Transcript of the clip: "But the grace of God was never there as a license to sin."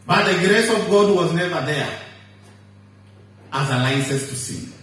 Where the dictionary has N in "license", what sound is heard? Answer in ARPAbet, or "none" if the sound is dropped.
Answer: none